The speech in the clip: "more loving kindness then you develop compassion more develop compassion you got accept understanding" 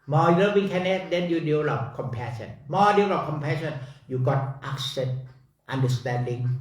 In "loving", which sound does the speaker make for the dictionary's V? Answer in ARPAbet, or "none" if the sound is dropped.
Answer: W